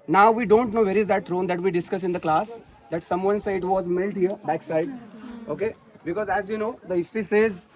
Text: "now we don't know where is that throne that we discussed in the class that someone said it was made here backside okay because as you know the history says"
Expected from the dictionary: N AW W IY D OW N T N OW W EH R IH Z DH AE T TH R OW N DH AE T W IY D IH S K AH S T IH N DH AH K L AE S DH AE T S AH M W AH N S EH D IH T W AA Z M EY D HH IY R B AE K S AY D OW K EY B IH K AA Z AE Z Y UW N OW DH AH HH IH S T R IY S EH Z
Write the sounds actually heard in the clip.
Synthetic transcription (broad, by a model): N AW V IY D OW N T N OW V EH R IH Z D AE T T R OW N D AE T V IY D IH S K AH S IH N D AH K L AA S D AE T S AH M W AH N S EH IH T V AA Z M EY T HH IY R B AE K S AY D OW K EY B IH K AA Z AE Z Y UW N OW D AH HH IH S T R IY S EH Z